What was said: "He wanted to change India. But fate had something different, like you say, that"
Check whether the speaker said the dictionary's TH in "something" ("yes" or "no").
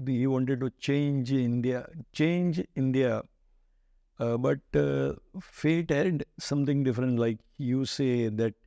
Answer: no